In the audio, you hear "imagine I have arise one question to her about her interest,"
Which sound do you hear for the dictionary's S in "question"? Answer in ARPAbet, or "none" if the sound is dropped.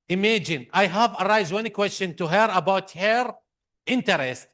S